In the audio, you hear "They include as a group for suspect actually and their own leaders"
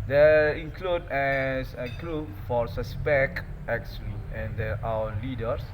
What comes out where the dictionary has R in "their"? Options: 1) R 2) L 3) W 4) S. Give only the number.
3